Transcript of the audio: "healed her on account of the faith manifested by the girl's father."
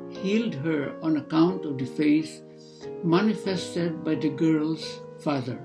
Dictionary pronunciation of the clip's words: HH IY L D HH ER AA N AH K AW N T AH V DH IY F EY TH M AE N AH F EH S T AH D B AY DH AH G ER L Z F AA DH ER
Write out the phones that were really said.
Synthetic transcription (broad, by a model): HH IY L D HH ER AA N AH K AW N T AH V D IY F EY S M AE N AH F EH S T AH D B AY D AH G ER L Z F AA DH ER